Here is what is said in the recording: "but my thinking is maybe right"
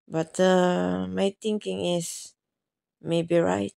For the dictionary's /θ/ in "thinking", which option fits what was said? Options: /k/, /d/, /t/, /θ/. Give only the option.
/t/